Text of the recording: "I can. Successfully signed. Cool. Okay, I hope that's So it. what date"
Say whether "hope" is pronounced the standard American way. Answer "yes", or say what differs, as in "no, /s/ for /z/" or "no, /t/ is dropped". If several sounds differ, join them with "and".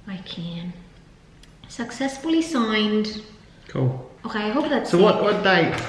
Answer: no, /b/ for /p/